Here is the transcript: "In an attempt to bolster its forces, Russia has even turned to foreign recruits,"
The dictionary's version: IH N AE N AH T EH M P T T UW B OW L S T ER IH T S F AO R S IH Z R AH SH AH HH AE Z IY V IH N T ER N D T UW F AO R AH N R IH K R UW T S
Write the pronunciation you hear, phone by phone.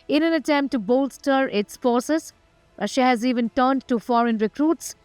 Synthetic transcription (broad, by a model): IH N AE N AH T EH M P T T UW B OW L S T ER IH T S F AO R S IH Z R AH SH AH HH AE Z IY V IH N T ER N D T UW F AO R AH N R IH K R UW T S